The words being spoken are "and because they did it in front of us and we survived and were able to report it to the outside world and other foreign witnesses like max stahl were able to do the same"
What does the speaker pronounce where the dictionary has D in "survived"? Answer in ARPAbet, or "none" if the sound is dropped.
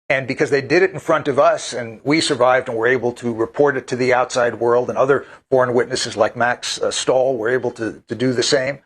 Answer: D